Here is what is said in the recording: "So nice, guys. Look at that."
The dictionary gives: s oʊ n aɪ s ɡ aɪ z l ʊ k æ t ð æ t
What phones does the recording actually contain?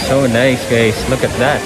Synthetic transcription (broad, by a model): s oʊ n aɪ s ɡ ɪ s l ʊ k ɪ t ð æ t